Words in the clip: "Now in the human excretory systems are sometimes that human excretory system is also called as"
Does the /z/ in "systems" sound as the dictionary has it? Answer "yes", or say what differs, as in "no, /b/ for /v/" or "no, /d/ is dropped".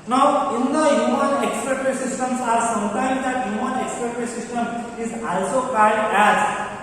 no, /s/ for /z/